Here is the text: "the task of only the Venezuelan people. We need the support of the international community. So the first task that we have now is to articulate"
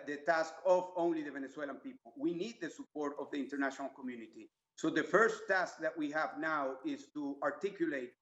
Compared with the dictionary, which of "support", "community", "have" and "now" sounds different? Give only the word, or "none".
none